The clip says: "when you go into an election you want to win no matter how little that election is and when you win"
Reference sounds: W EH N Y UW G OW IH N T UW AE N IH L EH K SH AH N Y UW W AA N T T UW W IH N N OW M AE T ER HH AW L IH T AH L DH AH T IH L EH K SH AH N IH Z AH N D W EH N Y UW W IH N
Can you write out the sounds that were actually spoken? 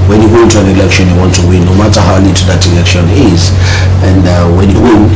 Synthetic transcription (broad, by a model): W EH N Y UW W IH N T UW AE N IH L EH K SH AH N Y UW W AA N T T UW W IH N N OW M AE T ER HH AW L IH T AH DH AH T IH L EH K SH AH N IH Z AH N D W EH N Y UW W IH N